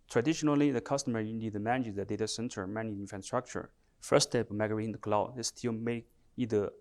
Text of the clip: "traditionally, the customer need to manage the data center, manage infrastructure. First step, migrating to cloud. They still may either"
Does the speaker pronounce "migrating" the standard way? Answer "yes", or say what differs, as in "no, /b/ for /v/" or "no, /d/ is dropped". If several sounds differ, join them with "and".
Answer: no, /ɹ/ is dropped